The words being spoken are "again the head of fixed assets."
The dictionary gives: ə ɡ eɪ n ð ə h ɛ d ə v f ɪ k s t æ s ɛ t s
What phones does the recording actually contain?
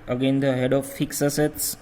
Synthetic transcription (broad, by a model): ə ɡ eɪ n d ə h ɛ d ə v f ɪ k s ʌ s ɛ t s